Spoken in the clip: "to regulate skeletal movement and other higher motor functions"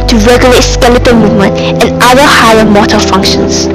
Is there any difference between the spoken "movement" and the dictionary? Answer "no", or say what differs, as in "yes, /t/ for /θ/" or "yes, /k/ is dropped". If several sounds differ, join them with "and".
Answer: no